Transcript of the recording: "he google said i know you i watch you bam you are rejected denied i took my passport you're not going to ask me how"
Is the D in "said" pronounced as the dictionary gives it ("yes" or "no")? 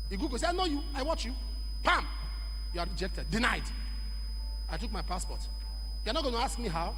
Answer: no